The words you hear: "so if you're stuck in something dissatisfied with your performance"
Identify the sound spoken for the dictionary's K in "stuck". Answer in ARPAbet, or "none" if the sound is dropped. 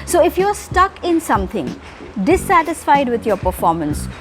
K